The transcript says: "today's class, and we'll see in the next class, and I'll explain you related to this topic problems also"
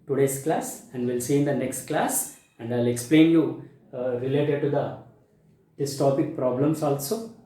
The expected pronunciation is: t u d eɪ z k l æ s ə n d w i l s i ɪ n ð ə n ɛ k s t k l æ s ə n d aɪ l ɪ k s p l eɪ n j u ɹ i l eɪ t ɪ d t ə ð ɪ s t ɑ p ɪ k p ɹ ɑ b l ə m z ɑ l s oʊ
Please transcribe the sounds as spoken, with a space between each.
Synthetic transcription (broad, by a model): t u d eɪ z k l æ s ə n d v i l s i ɪ n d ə n ɛ k s t k l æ s ə n d aɪ l ɪ k s p l eɪ n j u ɹ i l eɪ t ɪ d t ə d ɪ s t ɑ p ɪ k p ɹ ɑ b l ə m s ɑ l s oʊ